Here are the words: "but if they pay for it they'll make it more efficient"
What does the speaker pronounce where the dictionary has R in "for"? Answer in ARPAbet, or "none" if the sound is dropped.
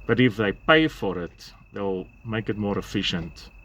R